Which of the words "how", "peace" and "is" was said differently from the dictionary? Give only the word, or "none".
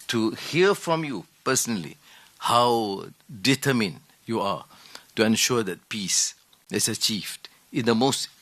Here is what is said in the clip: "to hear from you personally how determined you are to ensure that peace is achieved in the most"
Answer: is